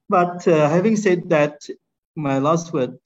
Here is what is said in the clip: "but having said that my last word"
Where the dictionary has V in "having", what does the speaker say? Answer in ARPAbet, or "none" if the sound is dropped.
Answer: V